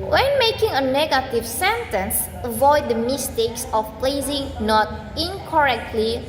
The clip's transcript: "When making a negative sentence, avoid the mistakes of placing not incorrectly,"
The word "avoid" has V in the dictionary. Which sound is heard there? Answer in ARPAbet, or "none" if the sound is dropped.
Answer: V